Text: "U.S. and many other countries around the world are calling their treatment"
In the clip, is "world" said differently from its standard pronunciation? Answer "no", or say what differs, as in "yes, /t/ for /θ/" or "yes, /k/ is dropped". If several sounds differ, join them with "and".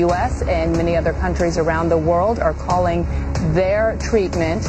no